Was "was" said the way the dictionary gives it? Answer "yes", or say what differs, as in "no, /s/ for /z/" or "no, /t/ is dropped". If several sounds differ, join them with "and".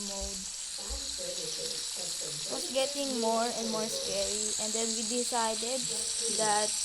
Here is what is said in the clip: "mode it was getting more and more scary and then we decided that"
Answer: no, /s/ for /z/